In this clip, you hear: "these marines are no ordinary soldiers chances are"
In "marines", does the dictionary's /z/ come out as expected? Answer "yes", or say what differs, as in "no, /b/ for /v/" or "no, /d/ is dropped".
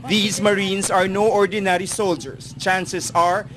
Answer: no, /s/ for /z/